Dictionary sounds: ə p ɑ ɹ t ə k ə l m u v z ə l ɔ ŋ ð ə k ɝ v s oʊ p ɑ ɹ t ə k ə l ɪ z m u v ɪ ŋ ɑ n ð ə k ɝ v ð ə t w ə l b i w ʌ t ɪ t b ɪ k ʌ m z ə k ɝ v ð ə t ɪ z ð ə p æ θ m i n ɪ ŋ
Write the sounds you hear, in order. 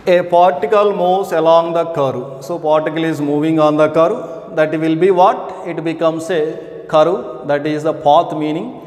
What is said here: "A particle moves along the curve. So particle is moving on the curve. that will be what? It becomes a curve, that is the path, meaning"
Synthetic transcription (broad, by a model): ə p ɑ ɹ t ə k ə l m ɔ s ə l ɔ ŋ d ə k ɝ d s oʊ p ɑ ɹ t ə k ə l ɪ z m u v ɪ ŋ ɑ n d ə k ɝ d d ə t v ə l b i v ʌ t ɪ t b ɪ k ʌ m s ə k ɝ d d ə t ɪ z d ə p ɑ t m i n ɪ ŋ